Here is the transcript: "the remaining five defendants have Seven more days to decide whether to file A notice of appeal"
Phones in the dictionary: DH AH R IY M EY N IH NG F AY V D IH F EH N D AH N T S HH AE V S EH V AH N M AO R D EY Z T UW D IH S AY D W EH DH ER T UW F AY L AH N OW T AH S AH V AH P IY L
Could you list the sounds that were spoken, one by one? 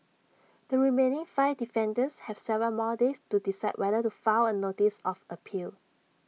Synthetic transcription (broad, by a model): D AH R IY M EY N IH NG F AY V D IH F EH N D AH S HH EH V S EH V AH L M AO D EY S T UW D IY S AY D W EH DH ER T UW F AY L AH N OW T AH S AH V AH P IY L